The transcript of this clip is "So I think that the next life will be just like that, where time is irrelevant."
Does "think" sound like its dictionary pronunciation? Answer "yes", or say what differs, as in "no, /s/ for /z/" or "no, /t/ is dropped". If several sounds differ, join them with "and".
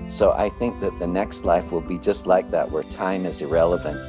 yes